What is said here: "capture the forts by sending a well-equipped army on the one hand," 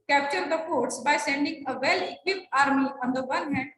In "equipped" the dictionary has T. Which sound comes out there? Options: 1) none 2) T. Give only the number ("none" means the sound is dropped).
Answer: 1